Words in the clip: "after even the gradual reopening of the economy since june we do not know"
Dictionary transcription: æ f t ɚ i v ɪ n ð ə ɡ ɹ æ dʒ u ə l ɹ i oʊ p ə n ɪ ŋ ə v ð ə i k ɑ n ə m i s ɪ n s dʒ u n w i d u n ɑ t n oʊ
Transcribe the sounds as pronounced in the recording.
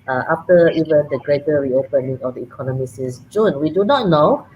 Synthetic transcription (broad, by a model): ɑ f t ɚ i v ɪ n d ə ɡ ɹ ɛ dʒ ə ɹ i oʊ p ə n ɪ ŋ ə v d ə i k ɑ n ə m i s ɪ s dʒ u n w i d u n ɑ t n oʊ